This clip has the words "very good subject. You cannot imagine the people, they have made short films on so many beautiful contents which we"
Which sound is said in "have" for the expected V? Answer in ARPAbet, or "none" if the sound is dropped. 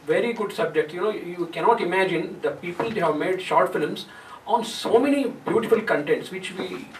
V